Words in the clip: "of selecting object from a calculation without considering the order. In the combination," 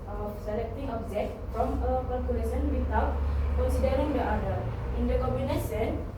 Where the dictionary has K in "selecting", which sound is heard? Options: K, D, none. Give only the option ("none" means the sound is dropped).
K